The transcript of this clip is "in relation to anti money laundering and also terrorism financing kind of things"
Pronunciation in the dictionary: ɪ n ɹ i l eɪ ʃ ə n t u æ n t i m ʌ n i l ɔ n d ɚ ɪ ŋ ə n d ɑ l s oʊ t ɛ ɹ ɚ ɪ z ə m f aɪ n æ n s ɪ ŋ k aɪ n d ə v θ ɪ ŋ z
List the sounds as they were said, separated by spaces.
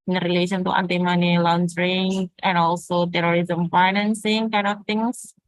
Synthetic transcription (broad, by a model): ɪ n ɹ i l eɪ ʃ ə n t u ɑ n t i m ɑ n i l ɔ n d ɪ ŋ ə n ɑ l s oʊ t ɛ ɹ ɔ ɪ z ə m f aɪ n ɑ n s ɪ ŋ k aɪ n ə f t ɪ ŋ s